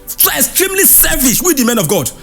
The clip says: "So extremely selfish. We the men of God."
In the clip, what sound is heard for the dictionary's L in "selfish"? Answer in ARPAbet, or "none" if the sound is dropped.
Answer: none